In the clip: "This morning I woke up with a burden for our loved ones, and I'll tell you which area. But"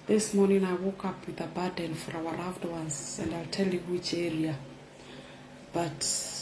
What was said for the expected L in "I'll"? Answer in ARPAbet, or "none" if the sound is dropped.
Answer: L